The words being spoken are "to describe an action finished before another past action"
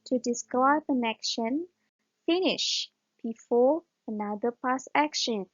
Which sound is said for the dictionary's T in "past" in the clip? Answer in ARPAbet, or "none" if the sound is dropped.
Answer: none